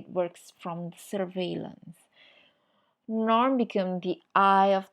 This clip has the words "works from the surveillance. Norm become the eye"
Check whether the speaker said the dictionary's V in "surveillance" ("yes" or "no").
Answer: yes